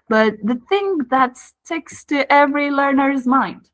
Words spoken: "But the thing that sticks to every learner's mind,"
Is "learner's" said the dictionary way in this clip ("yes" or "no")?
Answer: yes